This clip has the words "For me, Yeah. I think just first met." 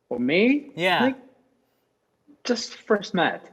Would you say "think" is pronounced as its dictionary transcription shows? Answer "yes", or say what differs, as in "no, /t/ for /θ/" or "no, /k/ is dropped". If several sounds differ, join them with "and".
no, /ŋ/ is dropped